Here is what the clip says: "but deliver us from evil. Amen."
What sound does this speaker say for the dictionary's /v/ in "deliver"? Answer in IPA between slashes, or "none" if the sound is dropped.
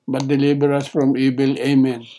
/b/